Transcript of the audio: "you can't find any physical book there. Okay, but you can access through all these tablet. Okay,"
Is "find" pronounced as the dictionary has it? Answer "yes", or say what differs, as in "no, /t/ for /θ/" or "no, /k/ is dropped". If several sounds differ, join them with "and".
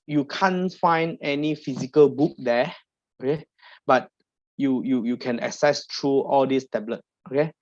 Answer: yes